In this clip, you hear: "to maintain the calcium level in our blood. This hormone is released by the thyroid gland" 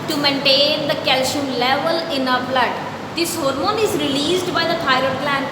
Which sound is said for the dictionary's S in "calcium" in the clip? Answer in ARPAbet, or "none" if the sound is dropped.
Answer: SH